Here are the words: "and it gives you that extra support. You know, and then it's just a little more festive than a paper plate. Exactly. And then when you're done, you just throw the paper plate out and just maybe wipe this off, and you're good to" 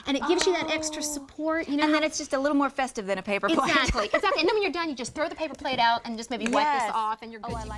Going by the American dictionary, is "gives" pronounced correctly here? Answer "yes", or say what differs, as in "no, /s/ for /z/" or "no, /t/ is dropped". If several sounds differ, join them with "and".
yes